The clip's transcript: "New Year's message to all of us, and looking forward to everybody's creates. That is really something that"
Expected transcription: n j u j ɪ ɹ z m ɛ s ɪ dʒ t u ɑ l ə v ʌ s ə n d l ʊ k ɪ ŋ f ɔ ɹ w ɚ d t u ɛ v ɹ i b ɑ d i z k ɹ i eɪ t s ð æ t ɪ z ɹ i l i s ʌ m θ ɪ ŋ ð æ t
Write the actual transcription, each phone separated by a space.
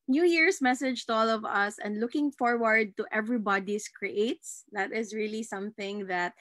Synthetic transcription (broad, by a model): n j u j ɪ ɹ s m ɛ s ɪ dʒ t u ɑ l ə v ʌ s ə n d l ʊ k ɪ ŋ f ɔ ɹ w ɚ d t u ɛ v ɹ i b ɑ d i s k ɹ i eɪ t s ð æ t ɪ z ɹ i l i s ʌ m θ ɪ ŋ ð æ t